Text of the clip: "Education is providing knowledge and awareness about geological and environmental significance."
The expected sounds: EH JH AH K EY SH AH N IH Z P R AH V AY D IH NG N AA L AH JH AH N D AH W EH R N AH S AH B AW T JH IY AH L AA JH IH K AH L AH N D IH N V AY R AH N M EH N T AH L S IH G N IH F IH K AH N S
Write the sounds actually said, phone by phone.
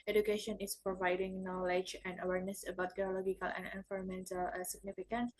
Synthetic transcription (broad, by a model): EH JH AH K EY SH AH N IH S P R AH V AY D IH NG N AA L AH JH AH N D AH W EH R N AH S AH B AW T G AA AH L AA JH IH K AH L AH N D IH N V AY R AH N M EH N T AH L S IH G N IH F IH K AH N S